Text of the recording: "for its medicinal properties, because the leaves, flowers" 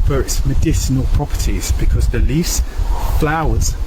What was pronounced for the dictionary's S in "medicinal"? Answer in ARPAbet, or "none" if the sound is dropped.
S